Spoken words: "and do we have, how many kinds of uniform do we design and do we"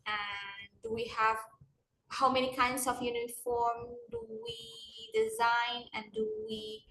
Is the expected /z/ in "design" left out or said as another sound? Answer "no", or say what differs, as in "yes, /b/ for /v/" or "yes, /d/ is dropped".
no